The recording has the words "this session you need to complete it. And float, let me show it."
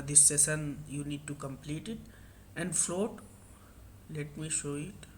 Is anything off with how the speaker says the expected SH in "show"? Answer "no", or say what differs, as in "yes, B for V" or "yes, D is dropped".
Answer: no